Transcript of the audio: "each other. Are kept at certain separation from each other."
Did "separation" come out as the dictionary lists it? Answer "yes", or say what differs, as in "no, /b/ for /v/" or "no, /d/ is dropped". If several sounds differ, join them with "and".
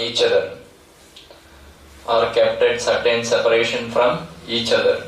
yes